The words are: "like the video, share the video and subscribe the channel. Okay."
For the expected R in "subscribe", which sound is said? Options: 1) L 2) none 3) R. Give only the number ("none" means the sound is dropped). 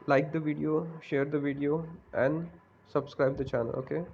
3